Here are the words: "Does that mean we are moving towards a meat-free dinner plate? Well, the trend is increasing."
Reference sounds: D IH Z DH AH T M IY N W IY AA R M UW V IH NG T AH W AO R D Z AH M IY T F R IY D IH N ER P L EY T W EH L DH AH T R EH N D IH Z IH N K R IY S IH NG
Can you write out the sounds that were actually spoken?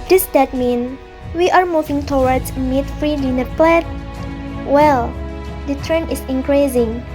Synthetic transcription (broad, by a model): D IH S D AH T M IY N W IY AA R M UW V IH NG T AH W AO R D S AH M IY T F R IY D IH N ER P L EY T W EH L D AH T R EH N IH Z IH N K R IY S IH NG